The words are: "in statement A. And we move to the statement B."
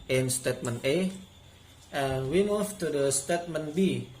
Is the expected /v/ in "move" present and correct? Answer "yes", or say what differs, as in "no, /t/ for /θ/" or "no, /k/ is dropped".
no, /f/ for /v/